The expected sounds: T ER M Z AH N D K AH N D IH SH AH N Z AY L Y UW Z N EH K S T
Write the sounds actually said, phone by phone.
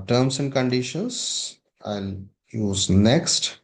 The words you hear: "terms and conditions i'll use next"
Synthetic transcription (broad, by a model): T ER M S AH N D K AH N D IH SH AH N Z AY N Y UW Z N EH K S T